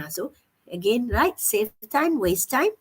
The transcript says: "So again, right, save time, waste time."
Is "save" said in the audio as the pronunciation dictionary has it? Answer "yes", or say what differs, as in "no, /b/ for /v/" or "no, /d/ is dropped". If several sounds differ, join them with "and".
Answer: no, /f/ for /v/